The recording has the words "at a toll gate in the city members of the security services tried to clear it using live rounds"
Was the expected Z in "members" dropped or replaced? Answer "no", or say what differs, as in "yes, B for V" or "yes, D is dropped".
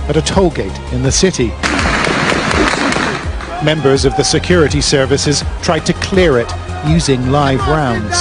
no